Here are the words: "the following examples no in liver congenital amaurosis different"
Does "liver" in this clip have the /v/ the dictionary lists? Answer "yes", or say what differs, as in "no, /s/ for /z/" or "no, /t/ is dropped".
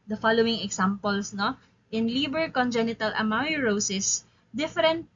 no, /b/ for /v/